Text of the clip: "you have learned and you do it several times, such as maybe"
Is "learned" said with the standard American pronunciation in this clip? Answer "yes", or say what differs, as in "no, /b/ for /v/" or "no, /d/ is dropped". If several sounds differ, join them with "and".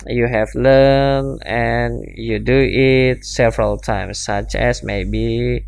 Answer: no, /d/ is dropped